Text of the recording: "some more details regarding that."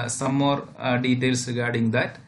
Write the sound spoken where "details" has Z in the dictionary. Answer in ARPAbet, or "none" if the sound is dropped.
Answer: S